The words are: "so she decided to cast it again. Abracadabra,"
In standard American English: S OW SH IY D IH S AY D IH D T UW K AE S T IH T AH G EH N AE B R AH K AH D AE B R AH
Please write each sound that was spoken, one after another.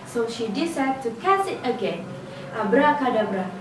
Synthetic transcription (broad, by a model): S OW SH IY D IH S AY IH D T UW K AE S IH T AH G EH N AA B R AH K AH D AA B R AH